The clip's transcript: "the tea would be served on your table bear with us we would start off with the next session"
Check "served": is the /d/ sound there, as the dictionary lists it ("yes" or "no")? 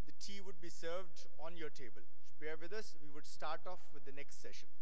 yes